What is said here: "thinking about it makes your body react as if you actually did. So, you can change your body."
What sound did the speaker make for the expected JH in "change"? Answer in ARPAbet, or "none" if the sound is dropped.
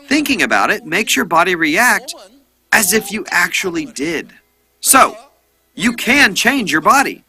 JH